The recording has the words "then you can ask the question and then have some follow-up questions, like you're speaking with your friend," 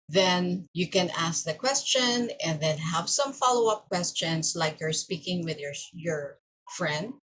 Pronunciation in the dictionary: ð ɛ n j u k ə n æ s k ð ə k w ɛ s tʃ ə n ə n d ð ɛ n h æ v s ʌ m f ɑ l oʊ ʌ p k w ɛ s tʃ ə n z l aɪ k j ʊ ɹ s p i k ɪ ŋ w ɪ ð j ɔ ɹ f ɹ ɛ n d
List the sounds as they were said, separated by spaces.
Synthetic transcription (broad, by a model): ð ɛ n j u k ə n æ s k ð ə k w ɛ s tʃ ə n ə n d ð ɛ n h æ v s ʌ m f ɑ l oʊ ʌ p k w ɛ s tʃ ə n s l aɪ k j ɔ ɹ s p i k ɪ ŋ w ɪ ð j ɔ ɹ f ɹ ɛ n d